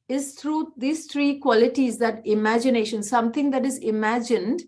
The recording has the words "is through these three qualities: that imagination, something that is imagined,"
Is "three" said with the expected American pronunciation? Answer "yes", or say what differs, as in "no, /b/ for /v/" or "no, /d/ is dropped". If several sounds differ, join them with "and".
no, /t/ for /θ/